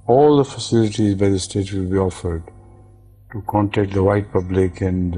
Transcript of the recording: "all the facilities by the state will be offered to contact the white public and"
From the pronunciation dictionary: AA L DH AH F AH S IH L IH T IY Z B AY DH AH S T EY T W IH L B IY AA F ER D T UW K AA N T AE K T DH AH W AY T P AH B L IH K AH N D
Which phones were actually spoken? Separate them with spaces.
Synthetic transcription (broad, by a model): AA L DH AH F AH S IH L IH T IY Z B AY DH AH S T EY T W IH L B IY AA F ER D T UW K AA N T AE K T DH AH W AY T P AH B L IH K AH N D